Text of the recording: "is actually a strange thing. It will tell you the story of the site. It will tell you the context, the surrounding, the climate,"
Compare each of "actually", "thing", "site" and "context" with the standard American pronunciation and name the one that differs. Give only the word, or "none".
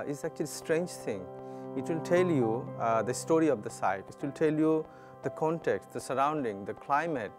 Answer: thing